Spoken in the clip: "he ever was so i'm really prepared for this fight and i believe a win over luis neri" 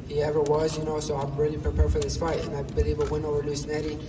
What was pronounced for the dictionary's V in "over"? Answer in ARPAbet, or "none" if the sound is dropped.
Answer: none